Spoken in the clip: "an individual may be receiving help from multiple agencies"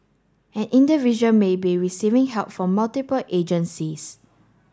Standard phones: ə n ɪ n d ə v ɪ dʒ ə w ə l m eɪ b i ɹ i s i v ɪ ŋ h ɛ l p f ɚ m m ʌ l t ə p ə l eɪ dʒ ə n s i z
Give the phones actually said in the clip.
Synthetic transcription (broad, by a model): ə n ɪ n d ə v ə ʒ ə n m eɪ b i ɹ i s i v ɪ ŋ h ɛ l p f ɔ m m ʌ l t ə p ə l eɪ dʒ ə n s i s